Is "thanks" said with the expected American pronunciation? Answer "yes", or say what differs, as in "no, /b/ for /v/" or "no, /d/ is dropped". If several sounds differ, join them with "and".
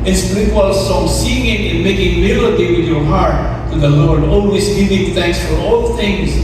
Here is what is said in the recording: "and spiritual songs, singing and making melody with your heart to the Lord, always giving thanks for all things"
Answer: yes